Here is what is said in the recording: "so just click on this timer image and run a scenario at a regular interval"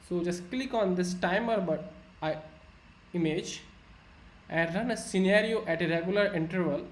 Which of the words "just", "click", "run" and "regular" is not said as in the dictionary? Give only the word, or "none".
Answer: none